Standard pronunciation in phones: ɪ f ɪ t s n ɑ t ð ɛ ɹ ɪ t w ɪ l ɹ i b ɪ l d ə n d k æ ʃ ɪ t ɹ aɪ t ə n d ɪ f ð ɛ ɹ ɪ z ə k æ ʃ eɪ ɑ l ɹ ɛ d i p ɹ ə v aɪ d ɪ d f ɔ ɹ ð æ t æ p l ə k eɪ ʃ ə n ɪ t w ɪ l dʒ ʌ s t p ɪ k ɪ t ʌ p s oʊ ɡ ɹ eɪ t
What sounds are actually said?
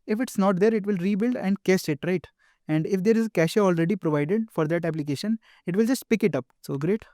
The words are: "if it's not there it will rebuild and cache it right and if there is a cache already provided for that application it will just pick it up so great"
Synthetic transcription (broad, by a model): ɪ f ɪ t s n ɑ t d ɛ ɹ ɪ t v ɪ l ɹ i b ɪ l d ə n d k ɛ s ɪ t ɹ aɪ t ə n d ɪ f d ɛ ɹ ɪ z ə k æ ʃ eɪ ɑ l ɹ ɛ d i p ɹ ə v aɪ d ɪ d f ɔ ɹ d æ t æ p l ə k eɪ ʃ ə n ɪ t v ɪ l dʒ ʌ s t p ɪ k ɪ t ʌ p s oʊ ɡ ɹ eɪ t